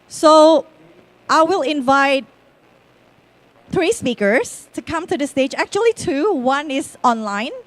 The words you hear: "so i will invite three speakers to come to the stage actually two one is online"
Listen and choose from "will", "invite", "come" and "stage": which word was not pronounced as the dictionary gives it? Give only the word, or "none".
none